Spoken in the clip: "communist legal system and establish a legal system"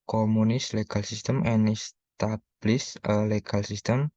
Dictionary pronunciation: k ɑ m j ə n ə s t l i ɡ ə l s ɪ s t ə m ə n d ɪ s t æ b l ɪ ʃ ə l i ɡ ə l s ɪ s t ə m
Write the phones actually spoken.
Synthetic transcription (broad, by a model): k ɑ m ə n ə s l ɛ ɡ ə l s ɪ s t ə m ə n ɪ s t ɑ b l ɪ s ə l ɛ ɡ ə l s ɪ s t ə m